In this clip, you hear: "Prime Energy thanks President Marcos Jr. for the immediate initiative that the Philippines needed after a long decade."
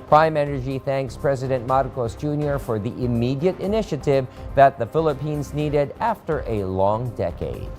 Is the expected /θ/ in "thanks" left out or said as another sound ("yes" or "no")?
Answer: no